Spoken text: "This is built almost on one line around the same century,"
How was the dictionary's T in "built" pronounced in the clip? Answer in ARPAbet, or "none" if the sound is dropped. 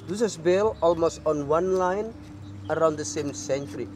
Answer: none